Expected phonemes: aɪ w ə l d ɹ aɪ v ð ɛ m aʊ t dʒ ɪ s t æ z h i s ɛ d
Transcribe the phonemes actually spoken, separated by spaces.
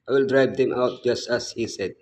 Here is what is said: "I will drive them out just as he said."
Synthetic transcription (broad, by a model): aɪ w ə l d ɹ aɪ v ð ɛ m aʊ t dʒ ɪ s t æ s h i s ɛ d